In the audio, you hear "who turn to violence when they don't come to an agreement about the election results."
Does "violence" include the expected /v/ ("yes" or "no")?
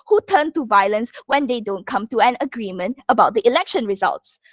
yes